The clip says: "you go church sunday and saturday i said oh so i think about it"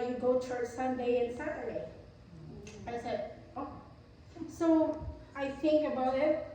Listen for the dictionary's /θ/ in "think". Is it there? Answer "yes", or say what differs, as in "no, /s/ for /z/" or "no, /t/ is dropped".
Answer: yes